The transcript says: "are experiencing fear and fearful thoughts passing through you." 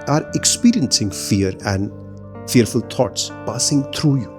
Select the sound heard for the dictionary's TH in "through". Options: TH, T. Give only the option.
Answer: T